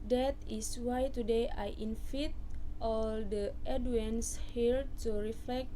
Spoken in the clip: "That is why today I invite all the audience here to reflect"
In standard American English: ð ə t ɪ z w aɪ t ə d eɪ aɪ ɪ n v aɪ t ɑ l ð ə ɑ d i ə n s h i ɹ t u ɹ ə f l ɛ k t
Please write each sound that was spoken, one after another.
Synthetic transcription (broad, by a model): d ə t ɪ s w aɪ t ə d eɪ aɪ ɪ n f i t ɑ l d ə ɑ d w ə n s h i l t u ɹ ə f l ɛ k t